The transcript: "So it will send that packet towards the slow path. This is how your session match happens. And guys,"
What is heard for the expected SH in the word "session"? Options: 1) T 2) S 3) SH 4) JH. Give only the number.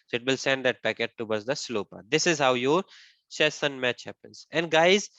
2